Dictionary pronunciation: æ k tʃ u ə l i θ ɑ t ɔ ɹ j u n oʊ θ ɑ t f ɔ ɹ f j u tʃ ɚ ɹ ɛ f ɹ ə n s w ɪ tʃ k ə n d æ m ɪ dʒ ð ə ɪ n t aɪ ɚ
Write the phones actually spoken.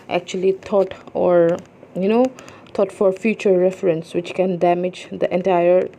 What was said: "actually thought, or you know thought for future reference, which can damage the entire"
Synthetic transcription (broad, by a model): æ k tʃ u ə l i t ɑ t ɔ ɹ j u n oʊ t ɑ t f ɔ ɹ f j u tʃ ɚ ɹ ɛ f ɹ ə n s w ɪ tʃ k ə n d æ m ɪ dʒ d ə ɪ n t aɪ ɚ